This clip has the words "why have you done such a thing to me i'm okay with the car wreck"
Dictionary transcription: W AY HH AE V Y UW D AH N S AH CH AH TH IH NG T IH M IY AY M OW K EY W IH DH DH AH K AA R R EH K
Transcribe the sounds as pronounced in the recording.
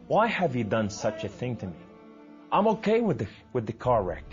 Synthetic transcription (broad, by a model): W AY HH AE V Y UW D AH N S AH CH AH TH IH NG T IH M IY AY M OW K EY W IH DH DH AH K AA R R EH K